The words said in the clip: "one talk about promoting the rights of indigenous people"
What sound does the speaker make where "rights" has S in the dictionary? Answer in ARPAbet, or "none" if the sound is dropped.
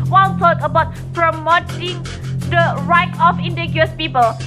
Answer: none